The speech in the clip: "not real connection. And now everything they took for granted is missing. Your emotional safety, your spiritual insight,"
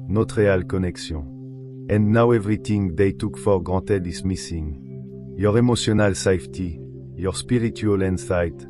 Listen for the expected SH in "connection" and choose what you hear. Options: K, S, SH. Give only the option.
S